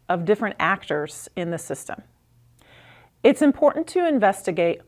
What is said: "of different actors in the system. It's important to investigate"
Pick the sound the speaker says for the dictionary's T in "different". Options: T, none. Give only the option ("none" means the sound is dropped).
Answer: T